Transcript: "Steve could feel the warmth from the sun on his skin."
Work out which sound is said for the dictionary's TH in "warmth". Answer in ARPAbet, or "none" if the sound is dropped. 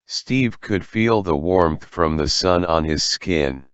TH